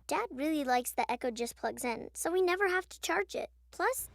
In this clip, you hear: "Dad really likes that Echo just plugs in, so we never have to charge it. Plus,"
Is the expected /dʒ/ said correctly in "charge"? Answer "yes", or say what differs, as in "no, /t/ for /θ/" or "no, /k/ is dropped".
yes